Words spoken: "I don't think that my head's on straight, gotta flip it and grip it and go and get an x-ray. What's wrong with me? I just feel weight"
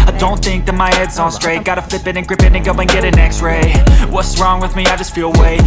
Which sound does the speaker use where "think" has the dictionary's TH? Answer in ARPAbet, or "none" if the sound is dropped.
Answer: TH